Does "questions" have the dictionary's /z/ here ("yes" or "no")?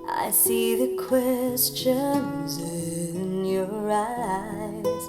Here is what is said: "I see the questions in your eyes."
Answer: yes